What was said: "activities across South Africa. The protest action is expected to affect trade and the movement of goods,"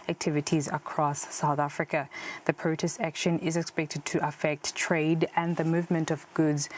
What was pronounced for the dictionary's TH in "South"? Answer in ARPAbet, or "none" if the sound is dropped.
TH